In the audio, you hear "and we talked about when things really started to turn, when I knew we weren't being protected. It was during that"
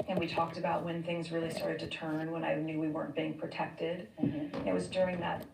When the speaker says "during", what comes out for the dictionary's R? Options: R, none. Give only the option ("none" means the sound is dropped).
R